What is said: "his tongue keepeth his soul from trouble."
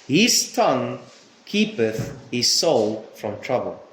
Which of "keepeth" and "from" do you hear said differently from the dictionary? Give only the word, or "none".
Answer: none